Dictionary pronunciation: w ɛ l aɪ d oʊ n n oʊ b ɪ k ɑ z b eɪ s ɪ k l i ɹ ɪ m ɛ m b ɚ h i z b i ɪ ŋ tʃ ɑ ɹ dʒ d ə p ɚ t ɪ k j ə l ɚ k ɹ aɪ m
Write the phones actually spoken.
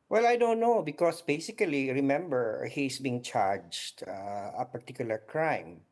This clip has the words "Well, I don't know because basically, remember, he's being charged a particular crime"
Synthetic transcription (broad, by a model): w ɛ l aɪ d oʊ n n oʊ b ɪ k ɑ s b eɪ s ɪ k l i ɹ ɪ m ɛ m b ɚ h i s b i ŋ tʃ ɑ ɹ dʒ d ə p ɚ t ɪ k j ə l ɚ k ɹ aɪ m